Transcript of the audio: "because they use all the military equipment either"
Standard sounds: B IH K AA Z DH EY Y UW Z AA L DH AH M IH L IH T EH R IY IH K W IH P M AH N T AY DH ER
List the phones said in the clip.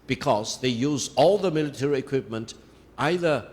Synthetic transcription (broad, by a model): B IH K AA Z DH EY Y UW Z AA L DH AH M IH L IH T EH R IY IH K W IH P M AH N T AY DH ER